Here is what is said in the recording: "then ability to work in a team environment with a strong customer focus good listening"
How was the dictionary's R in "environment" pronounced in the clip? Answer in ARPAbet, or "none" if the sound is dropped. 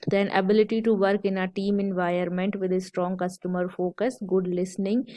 none